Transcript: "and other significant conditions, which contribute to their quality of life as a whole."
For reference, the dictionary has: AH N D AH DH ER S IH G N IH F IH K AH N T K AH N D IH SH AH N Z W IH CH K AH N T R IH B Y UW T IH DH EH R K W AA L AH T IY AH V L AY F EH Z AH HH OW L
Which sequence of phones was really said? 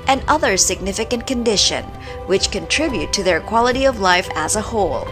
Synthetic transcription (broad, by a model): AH N AH DH ER S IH G N IH F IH K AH N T K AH N D IH SH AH N W IH CH K AH N T R IH B Y UW T IH DH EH R K W AA L AH T IY AH V L AY F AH Z AH HH OW L